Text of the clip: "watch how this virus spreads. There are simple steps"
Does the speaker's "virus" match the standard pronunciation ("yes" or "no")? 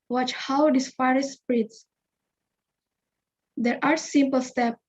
no